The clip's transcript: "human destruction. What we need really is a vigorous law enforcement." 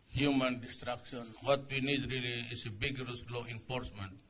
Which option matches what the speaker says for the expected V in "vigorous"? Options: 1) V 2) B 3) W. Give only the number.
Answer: 2